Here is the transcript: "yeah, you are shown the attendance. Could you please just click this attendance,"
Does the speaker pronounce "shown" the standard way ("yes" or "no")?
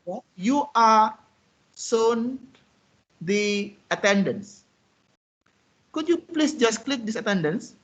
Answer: no